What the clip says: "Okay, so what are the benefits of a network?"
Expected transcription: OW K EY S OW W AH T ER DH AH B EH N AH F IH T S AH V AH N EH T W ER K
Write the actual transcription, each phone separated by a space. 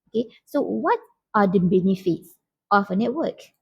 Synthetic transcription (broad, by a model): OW K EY S OW W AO T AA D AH B EH N AH F IH T S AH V AH N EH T W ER K